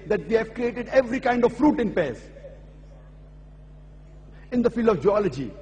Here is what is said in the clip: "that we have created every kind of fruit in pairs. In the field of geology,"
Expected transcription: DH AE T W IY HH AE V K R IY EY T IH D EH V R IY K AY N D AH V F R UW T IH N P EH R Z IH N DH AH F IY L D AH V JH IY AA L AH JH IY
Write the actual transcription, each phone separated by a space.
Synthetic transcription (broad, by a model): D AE T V IY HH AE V K R IY EY T IH D EH V R IY K AY N D AH V F R UW T IH N P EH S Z IH N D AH F IY L D AH V JH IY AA L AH JH IY